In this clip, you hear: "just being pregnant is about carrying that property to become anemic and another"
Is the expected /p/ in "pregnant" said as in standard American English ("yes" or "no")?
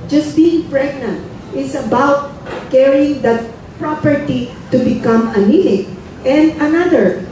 yes